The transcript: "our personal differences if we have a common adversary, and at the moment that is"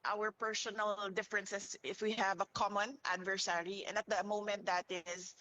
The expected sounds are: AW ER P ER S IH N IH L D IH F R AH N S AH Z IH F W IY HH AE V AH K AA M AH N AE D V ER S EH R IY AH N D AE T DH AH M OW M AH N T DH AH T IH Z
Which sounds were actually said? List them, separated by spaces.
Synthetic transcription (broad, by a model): AW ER P ER S IH N IH L D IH F R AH N S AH S IH F W IY HH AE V AH K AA M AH N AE D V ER S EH R IY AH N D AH T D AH M OW M AH N T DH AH T IH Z